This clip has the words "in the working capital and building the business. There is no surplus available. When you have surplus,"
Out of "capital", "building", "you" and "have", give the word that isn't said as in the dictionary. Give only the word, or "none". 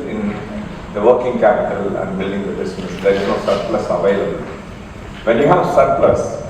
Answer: none